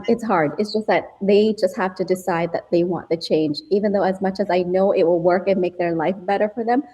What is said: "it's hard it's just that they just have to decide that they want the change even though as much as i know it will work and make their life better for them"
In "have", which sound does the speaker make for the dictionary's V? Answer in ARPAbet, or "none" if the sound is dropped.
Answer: F